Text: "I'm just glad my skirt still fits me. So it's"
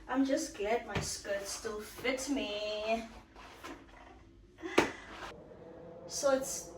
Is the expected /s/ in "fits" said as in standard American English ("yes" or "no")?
no